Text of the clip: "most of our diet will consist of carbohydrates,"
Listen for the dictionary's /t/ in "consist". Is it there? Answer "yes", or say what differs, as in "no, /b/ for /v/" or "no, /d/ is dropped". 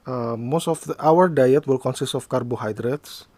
yes